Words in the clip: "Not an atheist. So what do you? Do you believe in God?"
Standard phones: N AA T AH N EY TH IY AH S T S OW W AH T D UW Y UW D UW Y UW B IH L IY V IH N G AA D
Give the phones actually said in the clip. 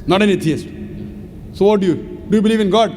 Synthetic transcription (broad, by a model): N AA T AH N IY T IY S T S OW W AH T D UW Y UW D UW Y UW B IH L IY V IH N G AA D